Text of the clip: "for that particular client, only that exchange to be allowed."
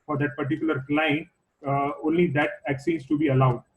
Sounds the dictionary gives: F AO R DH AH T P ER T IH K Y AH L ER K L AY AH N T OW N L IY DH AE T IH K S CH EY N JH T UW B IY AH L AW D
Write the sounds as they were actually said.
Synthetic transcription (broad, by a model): F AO R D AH T P ER T IH K Y AH L ER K L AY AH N OW N L IY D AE T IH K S IY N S T UW B IY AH L AW D